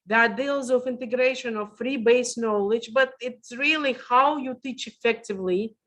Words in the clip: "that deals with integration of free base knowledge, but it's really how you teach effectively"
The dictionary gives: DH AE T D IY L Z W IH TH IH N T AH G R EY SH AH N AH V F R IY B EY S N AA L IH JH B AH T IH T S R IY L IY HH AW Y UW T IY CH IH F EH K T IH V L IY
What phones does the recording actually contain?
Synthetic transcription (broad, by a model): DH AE T D IY L Z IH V IH N T AH G R EY SH AH N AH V F R IY B EY S N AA L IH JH B AH T IH T S R IY L IY HH AW Y UW T IY CH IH F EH K T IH V L IY